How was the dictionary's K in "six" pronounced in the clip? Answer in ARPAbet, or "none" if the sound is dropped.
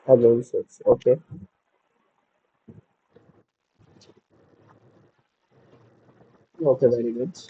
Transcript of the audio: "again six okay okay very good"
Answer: none